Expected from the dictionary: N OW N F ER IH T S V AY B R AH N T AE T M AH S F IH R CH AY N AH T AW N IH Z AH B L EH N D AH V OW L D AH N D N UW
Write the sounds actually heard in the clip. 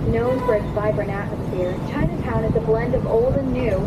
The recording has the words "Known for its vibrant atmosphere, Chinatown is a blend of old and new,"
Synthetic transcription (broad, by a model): N OW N F ER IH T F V AY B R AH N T AE T M AH S F IH R CH AY N AH T AW N IH Z AH B L EH N D AH V OW L D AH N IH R